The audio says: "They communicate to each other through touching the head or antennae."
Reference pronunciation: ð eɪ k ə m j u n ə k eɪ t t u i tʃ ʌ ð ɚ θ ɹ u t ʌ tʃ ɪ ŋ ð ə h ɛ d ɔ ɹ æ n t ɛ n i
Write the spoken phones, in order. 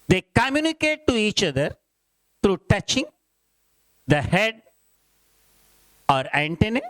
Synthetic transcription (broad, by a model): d eɪ k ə m j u n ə k eɪ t t u i tʃ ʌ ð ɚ t ɹ u t ʌ tʃ ɪ ŋ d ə h ɛ d ɔ ɹ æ n t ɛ n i